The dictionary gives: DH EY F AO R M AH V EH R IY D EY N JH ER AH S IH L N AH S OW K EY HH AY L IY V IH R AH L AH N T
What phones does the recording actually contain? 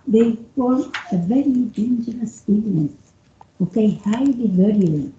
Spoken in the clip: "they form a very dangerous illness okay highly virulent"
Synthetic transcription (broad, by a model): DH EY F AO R AH V EH R IY D EY N JH ER AH S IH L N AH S OW K EY HH AY L IY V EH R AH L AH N